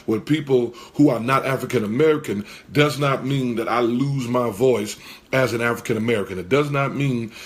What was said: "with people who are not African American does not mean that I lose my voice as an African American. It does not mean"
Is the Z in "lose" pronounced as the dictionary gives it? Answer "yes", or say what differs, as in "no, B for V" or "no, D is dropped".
yes